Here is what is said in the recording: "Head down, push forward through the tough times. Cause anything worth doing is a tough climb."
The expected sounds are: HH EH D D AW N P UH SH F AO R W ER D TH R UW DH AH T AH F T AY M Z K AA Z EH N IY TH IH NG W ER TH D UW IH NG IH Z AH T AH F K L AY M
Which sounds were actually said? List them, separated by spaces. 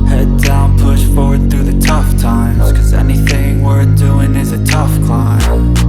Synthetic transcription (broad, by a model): HH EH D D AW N P UH SH F AO R W ER D TH R UW DH AH T AH F T AY M Z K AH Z EH N IY TH IH NG W ER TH D UW IH NG IH Z AH T AH F K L AY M